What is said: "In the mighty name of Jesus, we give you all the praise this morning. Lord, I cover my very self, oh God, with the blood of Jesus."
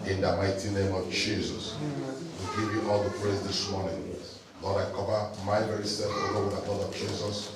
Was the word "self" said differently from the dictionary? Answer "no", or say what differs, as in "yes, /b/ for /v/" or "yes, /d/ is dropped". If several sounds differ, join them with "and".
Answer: yes, /l/ is dropped